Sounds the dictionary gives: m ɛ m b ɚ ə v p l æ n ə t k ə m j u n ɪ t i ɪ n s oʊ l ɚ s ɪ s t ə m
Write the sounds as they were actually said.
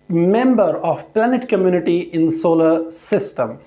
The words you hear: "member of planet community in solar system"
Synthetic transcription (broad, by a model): m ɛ m b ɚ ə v p l æ n ə t k ə m j u n ɪ t i ɪ n s oʊ l ɚ s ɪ s t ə m